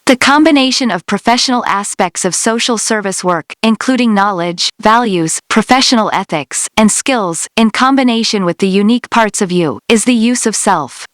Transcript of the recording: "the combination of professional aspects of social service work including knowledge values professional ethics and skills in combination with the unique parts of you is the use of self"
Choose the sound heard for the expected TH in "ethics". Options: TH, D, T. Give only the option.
TH